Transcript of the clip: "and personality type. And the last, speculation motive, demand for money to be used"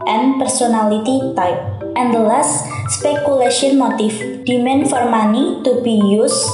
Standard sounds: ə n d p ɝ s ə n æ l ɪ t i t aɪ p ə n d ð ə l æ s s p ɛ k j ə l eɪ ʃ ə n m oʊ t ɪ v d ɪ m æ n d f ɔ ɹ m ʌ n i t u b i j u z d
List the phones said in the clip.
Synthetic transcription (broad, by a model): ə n p ɝ s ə n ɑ l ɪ t i t aɪ p ə n d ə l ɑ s s p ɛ k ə l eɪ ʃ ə n m oʊ t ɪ f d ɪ m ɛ n f ɔ ɹ m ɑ n i t u b i j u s